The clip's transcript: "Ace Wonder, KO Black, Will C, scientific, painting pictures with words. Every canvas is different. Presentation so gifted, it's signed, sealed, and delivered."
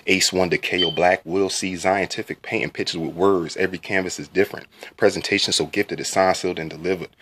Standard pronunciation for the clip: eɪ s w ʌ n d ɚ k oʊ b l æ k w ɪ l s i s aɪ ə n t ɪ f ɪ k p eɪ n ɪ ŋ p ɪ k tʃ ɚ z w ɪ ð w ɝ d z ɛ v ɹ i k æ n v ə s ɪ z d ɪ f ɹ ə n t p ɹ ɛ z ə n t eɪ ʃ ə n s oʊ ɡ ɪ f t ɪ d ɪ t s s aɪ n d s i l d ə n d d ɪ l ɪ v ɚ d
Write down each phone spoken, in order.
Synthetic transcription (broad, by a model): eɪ s w ʌ n d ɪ k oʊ b l æ k w ɪ l s i s aɪ ə n t ɪ f ɪ k p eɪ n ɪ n p ɪ tʃ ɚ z w ɪ ð w ɝ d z ɛ v ɹ i k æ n v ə s ɪ z d ɪ f ɹ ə n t p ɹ ɛ z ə n t eɪ ʃ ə n s oʊ ɡ ɪ f t ɪ d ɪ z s s aɪ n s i l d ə n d d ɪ l ɪ v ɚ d